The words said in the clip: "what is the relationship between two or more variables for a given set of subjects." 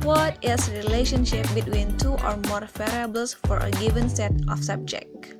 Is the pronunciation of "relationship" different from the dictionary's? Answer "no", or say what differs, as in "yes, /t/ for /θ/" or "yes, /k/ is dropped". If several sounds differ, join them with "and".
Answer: no